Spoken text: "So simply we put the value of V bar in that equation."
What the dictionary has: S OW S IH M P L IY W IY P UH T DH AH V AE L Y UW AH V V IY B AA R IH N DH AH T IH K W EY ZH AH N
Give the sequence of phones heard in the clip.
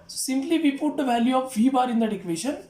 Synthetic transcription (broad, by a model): S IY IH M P L IY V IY P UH T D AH V AE L Y UW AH F V IY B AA R IH N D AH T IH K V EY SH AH N